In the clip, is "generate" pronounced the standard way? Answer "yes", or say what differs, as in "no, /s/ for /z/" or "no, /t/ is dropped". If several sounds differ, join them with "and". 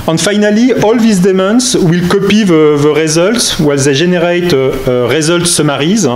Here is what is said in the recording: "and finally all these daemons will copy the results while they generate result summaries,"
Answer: no, /ʒ/ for /dʒ/